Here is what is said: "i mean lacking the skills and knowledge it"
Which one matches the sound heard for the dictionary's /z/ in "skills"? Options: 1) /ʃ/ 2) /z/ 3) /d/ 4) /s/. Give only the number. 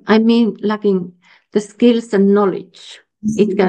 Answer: 4